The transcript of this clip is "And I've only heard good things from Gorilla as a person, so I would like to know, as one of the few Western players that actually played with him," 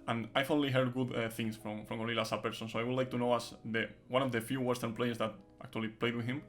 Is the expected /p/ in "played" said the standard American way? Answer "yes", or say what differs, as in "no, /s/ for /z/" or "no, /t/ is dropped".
yes